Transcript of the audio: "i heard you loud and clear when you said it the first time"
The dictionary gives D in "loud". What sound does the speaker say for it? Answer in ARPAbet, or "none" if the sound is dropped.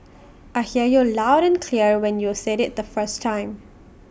D